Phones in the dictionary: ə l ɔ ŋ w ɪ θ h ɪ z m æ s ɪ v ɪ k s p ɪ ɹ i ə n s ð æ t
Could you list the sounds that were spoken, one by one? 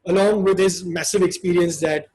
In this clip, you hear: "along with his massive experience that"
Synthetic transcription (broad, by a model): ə l ɔ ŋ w ɪ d h ɪ z m æ s ɪ v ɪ k s p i ɹ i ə n s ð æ t